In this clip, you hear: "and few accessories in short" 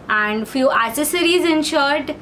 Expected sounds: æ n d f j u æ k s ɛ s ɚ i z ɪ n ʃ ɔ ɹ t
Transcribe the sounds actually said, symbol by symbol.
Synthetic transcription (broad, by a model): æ n d f j u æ s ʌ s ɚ i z ɪ n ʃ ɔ ɹ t